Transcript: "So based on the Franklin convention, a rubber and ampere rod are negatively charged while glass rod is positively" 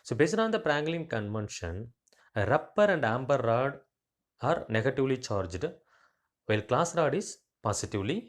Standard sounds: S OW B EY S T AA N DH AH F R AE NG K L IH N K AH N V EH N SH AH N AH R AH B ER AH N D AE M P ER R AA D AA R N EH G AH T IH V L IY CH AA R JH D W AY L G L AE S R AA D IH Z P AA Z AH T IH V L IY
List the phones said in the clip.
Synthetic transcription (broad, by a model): S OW B EY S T AA N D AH P R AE NG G L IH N K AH N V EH N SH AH N AH R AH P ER AH N D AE M B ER R AA D AA R N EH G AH T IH V L IY CH AA R JH D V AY L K L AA S R AA D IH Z P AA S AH T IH V L IY